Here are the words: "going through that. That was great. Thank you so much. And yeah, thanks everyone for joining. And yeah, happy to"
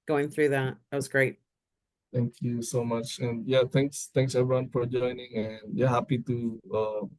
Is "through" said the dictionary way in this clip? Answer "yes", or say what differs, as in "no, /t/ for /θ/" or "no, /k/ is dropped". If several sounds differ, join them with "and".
yes